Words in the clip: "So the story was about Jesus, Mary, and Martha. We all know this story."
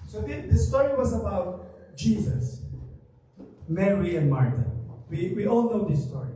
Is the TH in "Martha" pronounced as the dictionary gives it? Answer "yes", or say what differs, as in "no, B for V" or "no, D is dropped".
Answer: no, T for TH